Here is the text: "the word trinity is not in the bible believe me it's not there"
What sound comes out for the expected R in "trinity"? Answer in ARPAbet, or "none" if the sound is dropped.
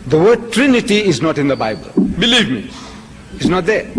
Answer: R